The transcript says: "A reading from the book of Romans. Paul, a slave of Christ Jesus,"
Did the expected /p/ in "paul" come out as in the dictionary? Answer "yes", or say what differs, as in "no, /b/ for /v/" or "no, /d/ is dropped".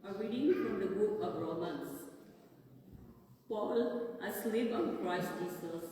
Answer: yes